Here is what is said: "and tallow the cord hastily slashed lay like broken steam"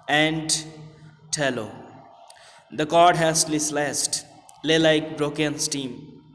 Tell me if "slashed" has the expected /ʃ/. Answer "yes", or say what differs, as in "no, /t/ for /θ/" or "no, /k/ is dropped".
no, /s/ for /ʃ/